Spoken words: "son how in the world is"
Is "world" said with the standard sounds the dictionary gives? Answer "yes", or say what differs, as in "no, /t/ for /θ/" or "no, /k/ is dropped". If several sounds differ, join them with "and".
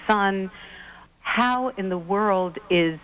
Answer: yes